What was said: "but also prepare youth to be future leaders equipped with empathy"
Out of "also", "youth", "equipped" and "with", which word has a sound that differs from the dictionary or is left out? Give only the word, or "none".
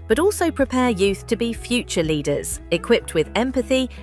none